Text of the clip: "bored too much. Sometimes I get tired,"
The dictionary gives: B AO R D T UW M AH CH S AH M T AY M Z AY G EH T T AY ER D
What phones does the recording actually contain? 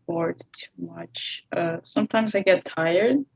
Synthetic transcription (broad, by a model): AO R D T UW M AH CH S AH M T AY M Z AY G EH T T AY ER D